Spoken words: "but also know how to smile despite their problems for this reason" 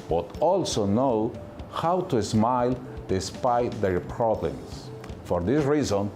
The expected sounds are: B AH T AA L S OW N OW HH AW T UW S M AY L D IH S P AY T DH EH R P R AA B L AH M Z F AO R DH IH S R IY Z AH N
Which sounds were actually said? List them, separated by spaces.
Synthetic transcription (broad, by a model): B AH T AA L S OW N OW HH AW T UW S M AY L D IH S P AY T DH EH R P R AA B L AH M S F AO R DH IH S R IY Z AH N